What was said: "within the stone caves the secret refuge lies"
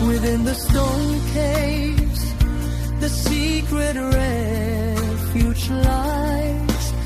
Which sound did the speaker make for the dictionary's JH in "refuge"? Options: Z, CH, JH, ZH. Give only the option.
CH